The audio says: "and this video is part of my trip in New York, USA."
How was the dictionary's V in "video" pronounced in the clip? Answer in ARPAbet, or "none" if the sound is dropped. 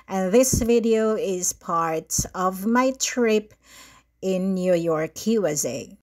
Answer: V